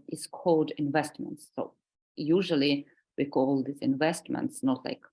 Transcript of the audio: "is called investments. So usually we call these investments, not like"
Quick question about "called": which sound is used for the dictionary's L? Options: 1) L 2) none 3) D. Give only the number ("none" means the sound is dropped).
2